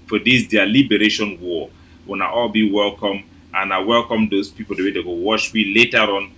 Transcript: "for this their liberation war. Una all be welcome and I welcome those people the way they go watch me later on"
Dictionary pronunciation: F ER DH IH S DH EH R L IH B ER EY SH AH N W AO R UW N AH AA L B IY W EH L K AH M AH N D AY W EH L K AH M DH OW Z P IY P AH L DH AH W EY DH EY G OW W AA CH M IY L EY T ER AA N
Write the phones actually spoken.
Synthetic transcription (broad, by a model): F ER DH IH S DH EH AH L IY B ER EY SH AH N W AO W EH N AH AA L B IY W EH L K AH M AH N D AY W EH L K AH M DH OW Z P IY P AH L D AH W EY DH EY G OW W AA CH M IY L EY T ER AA N